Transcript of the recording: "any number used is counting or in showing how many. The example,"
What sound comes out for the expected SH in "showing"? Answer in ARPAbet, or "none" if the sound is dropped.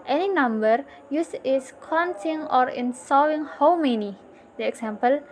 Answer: S